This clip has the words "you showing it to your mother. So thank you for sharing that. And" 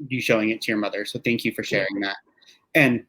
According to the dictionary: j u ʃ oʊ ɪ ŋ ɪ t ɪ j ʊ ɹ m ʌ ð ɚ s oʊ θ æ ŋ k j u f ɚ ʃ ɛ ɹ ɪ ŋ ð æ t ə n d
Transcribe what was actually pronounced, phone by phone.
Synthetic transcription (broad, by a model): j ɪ ʃ oʊ ɪ ŋ ɪ t ɪ j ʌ ɹ m ʌ ð ɚ s oʊ θ æ ŋ k j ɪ f ɚ ʃ ɛ ɹ ɪ ŋ ð æ t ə n